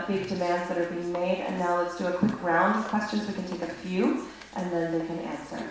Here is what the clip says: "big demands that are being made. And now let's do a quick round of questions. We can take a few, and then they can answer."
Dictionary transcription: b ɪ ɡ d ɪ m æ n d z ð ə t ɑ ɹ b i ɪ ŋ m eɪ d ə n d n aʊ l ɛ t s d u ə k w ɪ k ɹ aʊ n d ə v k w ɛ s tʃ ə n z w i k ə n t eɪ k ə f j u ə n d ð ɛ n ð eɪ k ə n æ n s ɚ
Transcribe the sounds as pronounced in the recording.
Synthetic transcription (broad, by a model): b ɪ ɡ d ɪ m æ n d z ð ə t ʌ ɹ b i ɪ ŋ m eɪ d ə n n aʊ l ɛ t s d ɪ ə k w ɪ k ɹ aʊ n d ə v k w ɛ s tʃ ə n z w i k ə n t eɪ k ə f j u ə n ð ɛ n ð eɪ k ə n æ n s ɚ